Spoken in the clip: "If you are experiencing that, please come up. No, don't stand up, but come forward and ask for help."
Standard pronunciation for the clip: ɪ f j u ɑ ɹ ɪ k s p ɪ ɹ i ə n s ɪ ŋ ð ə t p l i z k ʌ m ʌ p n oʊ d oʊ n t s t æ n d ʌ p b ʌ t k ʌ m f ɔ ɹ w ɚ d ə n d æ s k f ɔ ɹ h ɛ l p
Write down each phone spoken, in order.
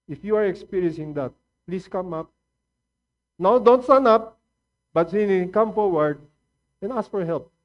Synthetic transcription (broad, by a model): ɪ f j u ɑ ɹ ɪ k s p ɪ ɹ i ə n s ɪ ŋ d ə t p l i s k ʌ m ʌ p n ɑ d oʊ n t s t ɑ n ʌ p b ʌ t k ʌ m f ɔ ɹ w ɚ d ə n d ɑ s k f ɔ ɹ h ɛ l p